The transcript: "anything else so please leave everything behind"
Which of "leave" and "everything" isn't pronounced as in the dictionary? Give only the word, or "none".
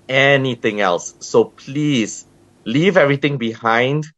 everything